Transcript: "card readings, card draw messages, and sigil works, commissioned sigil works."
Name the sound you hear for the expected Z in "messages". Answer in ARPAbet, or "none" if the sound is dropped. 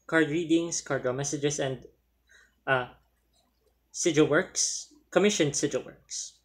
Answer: S